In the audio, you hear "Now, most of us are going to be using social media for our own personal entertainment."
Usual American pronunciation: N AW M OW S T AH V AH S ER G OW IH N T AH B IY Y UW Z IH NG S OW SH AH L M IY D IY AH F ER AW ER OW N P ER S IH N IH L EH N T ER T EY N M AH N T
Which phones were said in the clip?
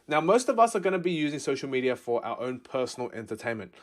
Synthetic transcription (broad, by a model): N AW M OW S T AH V AH S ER G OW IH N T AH B IY Y UW Z IH NG S OW SH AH L M IY D IY AH F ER AW ER OW N P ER S N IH L EH N T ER T EY N M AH N T